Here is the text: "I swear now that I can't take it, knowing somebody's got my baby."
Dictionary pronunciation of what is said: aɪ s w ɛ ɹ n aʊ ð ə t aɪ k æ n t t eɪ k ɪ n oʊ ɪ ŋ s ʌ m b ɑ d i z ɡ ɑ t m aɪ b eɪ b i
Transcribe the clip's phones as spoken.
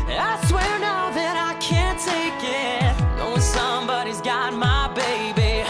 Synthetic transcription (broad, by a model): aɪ s w ɛ ɹ n aʊ ð ə t aɪ k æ n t t eɪ k ɪ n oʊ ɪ s ʌ m b ɑ d i z ɡ ɑ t m aɪ b eɪ b i